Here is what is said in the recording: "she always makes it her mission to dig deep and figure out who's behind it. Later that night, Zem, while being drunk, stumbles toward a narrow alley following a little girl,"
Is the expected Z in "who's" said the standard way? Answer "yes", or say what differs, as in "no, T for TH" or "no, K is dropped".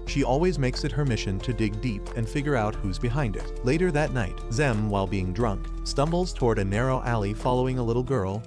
yes